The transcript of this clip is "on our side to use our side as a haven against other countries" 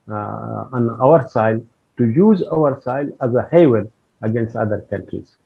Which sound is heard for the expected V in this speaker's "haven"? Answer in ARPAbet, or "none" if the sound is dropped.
W